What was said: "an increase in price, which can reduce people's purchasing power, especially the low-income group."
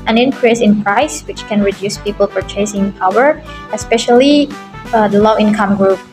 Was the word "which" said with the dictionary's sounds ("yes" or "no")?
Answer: yes